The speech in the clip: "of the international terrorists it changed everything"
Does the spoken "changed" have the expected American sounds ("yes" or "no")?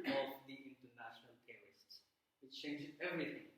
no